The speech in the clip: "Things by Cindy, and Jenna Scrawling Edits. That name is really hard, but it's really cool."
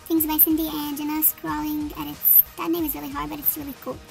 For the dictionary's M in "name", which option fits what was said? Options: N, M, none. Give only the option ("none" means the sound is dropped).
M